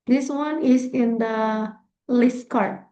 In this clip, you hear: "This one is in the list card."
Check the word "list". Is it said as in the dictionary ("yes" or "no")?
yes